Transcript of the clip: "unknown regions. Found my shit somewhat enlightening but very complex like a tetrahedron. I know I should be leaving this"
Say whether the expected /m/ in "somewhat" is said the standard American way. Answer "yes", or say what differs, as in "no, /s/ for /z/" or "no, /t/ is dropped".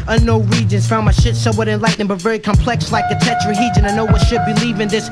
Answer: no, /m/ is dropped